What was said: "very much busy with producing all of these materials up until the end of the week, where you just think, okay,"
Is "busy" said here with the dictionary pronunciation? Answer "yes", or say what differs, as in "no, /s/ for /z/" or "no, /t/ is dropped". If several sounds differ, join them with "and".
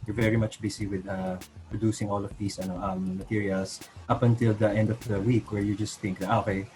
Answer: no, /s/ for /z/